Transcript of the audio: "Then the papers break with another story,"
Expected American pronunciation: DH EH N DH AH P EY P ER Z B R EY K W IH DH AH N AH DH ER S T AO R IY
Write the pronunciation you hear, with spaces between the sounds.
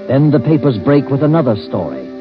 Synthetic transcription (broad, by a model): DH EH N DH AH P EY P ER Z B R EY K W IH DH AH N AH DH ER S T AO R IY